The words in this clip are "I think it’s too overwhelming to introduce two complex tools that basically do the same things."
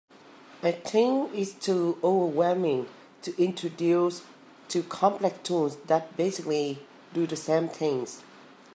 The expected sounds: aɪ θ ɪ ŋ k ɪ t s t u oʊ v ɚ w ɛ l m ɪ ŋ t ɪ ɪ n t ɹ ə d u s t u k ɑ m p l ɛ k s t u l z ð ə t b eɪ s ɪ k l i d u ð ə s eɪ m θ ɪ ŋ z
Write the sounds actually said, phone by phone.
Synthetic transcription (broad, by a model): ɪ t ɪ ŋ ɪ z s t u oʊ v ɚ w ɛ l m ɪ ŋ t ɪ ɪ n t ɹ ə d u s t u k ɑ m p l ɛ k s t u n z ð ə t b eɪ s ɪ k l i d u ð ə s eɪ m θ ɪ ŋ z